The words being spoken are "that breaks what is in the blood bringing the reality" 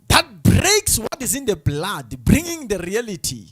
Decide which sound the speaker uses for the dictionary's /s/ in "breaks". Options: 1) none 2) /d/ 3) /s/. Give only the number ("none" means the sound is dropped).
3